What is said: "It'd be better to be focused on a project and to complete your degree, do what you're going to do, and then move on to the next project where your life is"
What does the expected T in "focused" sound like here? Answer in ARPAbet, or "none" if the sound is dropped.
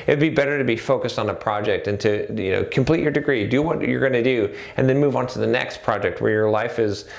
T